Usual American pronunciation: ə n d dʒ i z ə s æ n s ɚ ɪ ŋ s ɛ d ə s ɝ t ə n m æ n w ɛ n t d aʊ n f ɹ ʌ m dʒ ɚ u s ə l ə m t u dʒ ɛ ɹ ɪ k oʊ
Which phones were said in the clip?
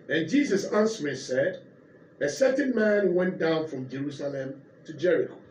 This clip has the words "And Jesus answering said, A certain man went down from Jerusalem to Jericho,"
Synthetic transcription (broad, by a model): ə n dʒ i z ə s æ n s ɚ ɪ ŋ s ɛ d ə s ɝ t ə n m æ n w ɛ n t d aʊ n f ɹ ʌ m dʒ ɚ u s ə l ə m t u dʒ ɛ ɹ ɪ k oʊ